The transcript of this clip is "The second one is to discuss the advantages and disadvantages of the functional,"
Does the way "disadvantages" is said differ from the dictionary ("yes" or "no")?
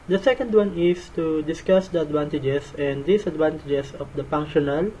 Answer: yes